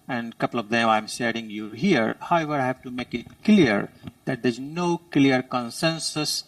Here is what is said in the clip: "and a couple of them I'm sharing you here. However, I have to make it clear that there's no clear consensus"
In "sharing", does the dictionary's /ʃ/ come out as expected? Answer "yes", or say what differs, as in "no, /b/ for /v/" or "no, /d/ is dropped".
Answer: no, /s/ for /ʃ/